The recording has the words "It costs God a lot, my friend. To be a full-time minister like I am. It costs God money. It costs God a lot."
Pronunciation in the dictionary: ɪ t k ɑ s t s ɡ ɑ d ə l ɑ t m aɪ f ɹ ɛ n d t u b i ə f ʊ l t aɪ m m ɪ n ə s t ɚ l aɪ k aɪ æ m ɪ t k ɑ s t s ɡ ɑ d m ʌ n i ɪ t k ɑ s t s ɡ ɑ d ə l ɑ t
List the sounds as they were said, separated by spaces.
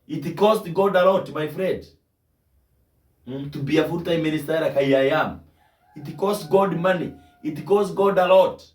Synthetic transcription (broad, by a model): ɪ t k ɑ s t ɡ ɑ d ə l ɑ t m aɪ f ɹ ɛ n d t u b i ə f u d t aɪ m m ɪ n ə s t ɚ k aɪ aɪ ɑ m ɪ t k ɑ s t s ɡ ɑ d m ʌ n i ɪ t k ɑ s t ɡ ɑ d ə l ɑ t